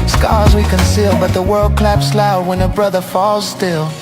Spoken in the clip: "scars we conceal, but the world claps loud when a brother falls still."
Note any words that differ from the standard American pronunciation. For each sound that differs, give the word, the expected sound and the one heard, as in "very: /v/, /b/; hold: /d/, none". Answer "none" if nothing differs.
none